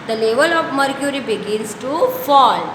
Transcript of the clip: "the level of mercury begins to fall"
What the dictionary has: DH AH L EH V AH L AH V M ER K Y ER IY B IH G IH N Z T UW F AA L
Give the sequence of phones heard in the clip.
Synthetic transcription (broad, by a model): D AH L EH V AH L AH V M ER K Y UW IY B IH G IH N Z T UW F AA L